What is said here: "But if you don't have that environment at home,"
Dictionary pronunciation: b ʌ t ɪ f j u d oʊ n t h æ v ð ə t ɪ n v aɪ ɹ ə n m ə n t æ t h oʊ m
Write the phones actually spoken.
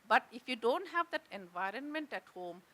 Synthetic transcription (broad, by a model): b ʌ t ɪ f j u d oʊ n t h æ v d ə t ɪ n v aɪ ɹ ə n m ə n t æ t h oʊ m